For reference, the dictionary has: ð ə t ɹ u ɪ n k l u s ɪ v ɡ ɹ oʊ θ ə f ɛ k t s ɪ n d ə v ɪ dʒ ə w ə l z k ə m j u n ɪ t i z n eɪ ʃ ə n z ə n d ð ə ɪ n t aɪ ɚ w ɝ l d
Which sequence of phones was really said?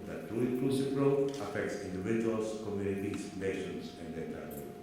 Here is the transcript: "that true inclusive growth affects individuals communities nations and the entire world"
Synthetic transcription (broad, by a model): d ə t ɹ u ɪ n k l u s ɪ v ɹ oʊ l ə f ɛ k t s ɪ n d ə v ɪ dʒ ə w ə l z k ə m j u n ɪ t i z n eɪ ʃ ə n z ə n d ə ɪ t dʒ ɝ